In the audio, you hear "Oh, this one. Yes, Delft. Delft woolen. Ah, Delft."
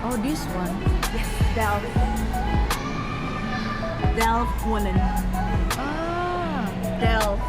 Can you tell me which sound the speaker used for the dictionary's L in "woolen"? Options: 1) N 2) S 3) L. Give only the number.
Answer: 1